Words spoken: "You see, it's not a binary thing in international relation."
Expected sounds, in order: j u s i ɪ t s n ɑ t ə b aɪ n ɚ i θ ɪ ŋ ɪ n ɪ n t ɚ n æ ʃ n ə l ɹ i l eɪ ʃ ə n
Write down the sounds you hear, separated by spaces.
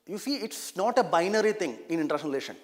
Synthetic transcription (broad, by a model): j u s i ɪ t s n ɑ t ə b aɪ n ɚ i t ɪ ŋ ɪ n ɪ n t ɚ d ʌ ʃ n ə n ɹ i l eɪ ʃ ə n